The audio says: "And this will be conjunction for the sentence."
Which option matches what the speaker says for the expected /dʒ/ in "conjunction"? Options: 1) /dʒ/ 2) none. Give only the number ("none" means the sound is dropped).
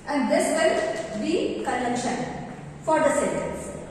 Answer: 2